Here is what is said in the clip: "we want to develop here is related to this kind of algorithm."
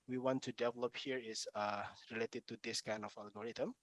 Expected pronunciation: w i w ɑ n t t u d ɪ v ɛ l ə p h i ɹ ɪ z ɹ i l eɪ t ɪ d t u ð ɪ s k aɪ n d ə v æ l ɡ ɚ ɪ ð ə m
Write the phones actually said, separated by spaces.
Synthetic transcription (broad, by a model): w i w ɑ n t t u d ɪ v ɛ l ə p h i ɹ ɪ s ɹ i l eɪ t ɪ d t u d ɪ s k aɪ n d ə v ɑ l ɡ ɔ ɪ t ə m